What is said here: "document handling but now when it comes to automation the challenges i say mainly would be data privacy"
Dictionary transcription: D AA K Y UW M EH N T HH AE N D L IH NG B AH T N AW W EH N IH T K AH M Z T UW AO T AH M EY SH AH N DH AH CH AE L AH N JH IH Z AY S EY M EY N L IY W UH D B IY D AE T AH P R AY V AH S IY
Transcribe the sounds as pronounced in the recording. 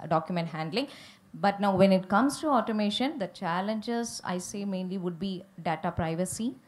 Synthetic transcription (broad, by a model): D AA K Y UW M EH N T HH AE N D L IH NG B AH T N AW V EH N IH T K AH M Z T UW AO T AH M EY SH AH N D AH CH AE L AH N JH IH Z AY S EY M EY N L IY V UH D B IY D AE T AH P R AY V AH S IY